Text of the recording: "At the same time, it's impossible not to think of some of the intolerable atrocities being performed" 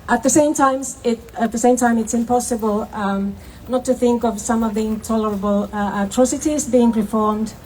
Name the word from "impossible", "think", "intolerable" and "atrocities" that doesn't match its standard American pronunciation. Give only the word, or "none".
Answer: none